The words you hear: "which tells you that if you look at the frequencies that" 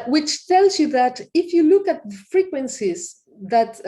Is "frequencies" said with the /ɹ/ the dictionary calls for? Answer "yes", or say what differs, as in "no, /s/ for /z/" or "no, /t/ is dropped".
yes